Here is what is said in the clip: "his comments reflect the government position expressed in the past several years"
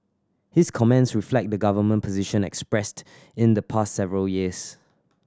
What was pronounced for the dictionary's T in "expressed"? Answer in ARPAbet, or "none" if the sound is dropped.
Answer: T